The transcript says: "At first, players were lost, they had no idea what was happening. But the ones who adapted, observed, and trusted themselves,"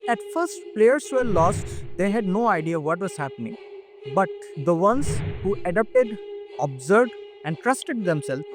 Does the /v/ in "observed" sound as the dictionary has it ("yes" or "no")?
no